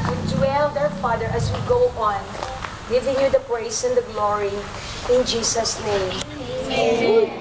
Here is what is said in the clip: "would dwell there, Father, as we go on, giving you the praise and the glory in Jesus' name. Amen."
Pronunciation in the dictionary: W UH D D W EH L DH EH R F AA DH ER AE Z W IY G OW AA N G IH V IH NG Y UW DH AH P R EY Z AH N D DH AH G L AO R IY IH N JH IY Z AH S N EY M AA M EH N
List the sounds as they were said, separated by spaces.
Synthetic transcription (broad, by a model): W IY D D W EH L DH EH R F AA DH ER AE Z W IY G OW AA N G IH V IH NG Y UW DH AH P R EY S AH N D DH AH G L AO R IY IH N JH IY S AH S N EY AA M